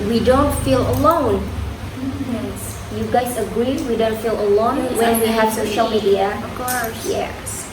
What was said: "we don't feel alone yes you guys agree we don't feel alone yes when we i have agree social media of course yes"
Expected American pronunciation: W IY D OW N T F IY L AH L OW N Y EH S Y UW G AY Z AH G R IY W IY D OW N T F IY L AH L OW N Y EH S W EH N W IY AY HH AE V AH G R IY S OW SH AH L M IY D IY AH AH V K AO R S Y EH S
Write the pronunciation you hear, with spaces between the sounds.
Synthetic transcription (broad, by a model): W IY D OW N T F IY L AH L OW N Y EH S Y UW G AY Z AH G R IY W IY D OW N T F IY L AH L OW N W EH N W IY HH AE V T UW SH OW AH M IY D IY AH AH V K AO R S Y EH